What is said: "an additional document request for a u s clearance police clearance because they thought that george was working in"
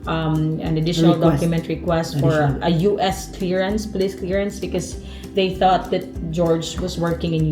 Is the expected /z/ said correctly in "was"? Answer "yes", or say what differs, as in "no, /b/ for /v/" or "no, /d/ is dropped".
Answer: no, /s/ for /z/